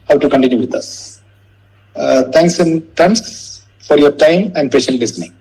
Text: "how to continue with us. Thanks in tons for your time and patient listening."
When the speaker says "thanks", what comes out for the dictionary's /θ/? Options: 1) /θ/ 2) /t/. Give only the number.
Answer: 2